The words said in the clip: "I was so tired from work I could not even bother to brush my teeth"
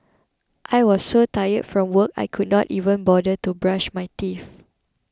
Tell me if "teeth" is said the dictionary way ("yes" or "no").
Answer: no